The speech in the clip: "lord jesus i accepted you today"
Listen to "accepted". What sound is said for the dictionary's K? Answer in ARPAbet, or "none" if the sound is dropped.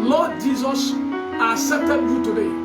none